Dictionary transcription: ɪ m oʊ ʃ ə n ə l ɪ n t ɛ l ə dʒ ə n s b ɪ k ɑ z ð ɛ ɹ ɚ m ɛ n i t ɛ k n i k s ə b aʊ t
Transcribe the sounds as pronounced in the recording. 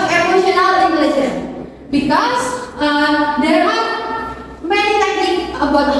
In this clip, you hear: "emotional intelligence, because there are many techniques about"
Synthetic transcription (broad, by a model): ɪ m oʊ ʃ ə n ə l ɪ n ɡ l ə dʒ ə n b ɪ k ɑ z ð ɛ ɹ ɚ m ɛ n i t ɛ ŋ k ə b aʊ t